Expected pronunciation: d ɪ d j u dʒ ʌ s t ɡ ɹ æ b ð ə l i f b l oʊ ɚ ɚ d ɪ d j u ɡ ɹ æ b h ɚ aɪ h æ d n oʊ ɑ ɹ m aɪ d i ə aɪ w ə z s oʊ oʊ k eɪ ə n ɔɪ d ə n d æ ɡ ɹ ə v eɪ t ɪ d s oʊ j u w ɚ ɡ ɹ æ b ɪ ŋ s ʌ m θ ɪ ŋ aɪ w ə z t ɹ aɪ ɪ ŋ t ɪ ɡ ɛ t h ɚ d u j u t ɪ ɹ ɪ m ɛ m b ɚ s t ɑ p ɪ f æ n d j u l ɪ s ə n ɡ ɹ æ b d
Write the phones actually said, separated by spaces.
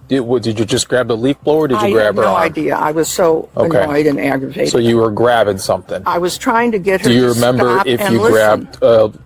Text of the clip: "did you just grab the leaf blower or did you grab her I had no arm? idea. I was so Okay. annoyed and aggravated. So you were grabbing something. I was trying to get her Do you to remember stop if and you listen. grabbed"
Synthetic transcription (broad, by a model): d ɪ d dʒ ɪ dʒ ʌ s ɡ ɹ æ b ð ə l i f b l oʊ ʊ ɚ d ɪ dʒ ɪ ɡ ɹ æ b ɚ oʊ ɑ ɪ d i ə aɪ w ə z s oʊ oʊ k eɪ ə ɔɪ d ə n æ ɡ ɹ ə v eɪ ɪ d s oʊ j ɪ w ɚ ɡ ɹ æ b ɪ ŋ s ʌ m θ ɪ ŋ aɪ w ə z t ɹ aɪ ɪ ŋ t ɪ ɡ ɛ t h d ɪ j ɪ ɹ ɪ m ɛ m b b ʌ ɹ ɪ f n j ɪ l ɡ ɹ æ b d